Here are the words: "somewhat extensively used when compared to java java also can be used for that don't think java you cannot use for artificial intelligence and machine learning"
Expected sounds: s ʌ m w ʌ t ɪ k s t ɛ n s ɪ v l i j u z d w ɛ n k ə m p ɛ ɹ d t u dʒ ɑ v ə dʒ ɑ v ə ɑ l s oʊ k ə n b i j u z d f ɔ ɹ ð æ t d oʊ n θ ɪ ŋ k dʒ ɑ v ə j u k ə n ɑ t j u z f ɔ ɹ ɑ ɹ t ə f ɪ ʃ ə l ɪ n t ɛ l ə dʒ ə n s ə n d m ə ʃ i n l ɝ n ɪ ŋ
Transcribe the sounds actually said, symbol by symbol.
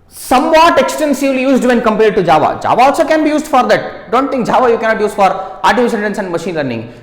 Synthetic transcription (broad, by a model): s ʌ m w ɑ t ɪ k s t ɛ n s ɪ v l i j u z d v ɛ n k ə m p ɛ ɹ d t u dʒ ɑ v ə dʒ ɑ v ə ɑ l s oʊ k ə n b i j u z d f ɔ ɹ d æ t d oʊ n t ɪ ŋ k dʒ ɑ v ə j u k ə n ɑ t j u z f ɔ ɹ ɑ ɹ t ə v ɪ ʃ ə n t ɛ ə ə n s ə n d m ə ʃ i n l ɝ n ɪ ŋ